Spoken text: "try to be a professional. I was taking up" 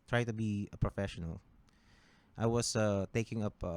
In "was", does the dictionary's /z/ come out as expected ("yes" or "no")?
no